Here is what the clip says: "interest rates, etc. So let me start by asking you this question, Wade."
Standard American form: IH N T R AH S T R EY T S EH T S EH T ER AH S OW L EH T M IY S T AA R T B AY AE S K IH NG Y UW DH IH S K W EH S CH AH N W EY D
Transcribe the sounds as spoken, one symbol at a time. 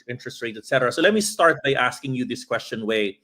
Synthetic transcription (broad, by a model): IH N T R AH S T R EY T EH T S EH T ER AH S OW L EH T M IY S T AA R T B AY AE S K IH NG Y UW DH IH S K W EH S CH AH N W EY